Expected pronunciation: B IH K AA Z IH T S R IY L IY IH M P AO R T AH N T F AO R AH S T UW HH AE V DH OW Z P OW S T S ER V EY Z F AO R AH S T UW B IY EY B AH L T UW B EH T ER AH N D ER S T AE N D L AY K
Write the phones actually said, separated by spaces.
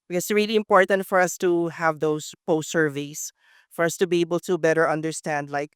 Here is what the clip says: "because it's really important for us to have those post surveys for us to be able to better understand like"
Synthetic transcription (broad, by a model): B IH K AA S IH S R IY L IY IH M P AO R T AH N T F AO R AH S T UW HH AE V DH OW S P OW S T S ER V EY S F AO R AH S T UW B IY EY B AH L T UW B EH T ER AH N D ER S T AE N D L AY K